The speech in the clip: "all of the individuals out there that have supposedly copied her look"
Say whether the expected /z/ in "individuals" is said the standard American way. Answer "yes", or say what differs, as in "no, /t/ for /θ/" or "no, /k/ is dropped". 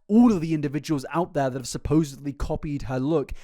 yes